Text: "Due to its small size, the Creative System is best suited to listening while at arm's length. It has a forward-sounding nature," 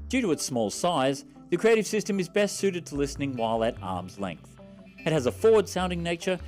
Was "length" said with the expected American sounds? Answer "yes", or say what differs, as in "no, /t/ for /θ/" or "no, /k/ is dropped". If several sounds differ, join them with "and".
yes